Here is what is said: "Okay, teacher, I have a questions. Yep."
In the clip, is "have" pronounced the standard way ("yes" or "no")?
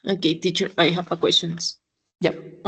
no